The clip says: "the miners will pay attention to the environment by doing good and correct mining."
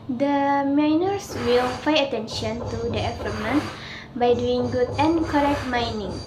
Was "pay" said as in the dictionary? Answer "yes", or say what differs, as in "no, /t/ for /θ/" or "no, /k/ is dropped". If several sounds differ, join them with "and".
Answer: no, /f/ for /p/